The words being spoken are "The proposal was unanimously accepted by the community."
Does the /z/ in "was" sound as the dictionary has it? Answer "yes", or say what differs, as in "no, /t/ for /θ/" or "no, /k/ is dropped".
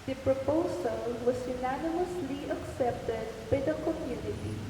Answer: no, /s/ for /z/